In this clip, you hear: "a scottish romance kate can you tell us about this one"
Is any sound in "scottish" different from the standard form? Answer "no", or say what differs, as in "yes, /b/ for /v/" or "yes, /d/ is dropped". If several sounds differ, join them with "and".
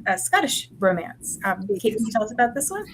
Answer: no